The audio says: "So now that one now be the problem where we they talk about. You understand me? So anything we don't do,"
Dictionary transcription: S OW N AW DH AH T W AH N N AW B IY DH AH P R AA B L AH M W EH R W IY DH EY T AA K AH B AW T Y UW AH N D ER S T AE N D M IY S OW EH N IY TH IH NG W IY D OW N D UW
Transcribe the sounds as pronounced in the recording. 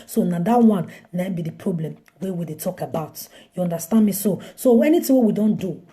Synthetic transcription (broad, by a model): S OW N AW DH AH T W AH N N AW B IY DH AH P R AA B L AH M W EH W IY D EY T AA K AH B AW T Y UW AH N D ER S T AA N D M IY S OW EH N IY T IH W W IY D OW N D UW